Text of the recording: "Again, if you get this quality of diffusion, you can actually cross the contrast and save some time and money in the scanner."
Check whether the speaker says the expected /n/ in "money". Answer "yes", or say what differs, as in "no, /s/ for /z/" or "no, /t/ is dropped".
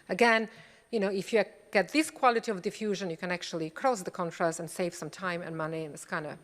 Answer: yes